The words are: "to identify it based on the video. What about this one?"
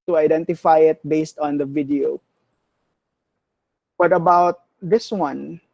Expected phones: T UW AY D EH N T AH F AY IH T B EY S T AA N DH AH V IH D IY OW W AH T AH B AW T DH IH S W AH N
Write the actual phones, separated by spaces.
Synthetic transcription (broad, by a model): T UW AY D EH N T AH F AY IH T B EY S T AA N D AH V IH D IY OW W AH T AH B AW T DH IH S W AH N